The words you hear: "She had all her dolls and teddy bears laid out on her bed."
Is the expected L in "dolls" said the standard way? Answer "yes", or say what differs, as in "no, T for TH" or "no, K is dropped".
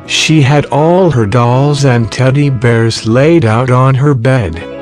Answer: yes